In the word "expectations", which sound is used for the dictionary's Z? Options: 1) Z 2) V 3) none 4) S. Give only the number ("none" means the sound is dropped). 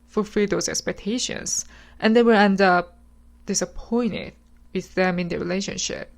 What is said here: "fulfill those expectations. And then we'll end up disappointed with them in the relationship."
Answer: 4